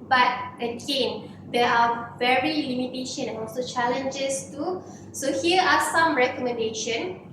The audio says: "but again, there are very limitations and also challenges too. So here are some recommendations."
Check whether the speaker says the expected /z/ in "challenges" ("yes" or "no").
no